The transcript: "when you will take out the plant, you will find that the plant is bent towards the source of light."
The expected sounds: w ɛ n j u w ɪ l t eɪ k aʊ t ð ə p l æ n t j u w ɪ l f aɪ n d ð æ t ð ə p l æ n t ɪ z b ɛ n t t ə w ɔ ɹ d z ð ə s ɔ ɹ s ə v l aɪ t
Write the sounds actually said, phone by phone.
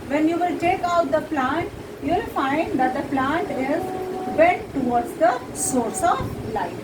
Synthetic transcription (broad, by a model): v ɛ n j u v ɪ l t eɪ k aʊ t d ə p l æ n t j u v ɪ l f aɪ n d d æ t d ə p l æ n t ɪ z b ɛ t t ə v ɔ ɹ d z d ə s ɔ ɹ s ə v l aɪ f